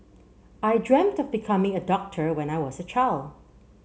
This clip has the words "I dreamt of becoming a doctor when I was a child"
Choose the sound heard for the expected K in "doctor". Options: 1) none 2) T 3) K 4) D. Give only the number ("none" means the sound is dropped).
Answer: 3